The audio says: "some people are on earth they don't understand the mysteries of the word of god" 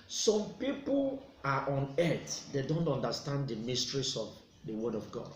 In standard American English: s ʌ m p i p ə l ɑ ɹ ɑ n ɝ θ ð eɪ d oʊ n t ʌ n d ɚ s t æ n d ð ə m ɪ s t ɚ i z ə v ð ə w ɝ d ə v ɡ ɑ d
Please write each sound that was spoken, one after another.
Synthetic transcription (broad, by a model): s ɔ m p i p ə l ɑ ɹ ɑ n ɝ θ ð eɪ d oʊ n t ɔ n d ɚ s t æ n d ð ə m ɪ s t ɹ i s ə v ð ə w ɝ d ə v ɡ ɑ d